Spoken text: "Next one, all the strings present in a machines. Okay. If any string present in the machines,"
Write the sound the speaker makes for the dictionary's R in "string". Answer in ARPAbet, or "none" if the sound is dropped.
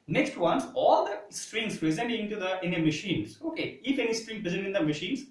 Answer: R